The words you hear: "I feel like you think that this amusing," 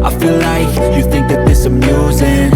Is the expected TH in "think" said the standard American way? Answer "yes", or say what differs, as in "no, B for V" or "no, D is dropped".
yes